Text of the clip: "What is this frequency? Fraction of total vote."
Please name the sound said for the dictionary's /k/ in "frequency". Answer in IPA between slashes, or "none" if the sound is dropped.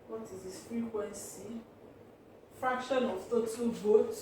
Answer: /k/